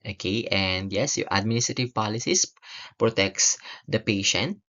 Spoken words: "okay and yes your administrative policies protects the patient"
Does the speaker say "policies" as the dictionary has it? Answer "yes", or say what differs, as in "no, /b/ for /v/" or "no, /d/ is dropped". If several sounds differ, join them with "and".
no, /s/ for /z/